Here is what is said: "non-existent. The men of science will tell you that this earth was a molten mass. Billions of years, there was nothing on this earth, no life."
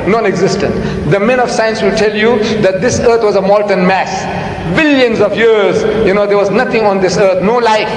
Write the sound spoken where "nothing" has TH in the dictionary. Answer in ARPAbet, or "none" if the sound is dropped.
T